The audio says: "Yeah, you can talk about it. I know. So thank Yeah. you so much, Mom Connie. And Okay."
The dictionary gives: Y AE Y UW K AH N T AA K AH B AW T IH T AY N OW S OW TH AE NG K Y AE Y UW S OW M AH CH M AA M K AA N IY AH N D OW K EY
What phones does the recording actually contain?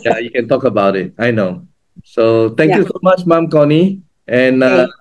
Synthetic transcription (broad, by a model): Y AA Y UW K AH N T AA K AH B AW T IH T AY N OW S OW T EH NG K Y Y UW S OW M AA CH M AA M K AA N IY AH N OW